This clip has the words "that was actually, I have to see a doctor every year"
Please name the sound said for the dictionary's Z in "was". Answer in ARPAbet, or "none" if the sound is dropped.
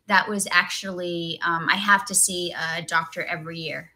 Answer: Z